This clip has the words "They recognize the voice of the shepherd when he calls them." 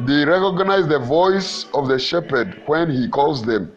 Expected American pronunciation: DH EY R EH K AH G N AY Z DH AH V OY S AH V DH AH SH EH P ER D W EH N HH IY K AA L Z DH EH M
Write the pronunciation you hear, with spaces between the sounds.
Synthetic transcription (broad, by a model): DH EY R EH K AH G N AY Z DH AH V OY S AH V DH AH SH EH P ER D W EH N HH IY K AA L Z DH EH M